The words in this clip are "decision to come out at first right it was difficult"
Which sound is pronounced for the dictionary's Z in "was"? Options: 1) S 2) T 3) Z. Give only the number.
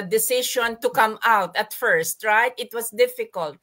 1